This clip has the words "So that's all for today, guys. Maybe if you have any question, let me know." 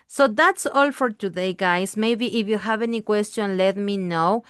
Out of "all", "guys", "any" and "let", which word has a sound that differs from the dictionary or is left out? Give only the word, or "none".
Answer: guys